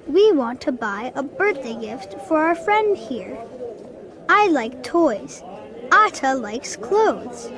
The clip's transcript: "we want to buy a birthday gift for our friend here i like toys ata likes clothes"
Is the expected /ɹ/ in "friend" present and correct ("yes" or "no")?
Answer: yes